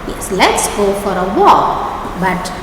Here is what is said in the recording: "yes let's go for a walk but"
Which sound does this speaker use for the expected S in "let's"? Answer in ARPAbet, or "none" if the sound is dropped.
S